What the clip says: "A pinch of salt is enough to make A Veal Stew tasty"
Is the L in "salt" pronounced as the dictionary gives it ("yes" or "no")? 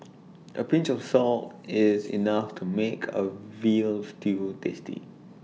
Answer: yes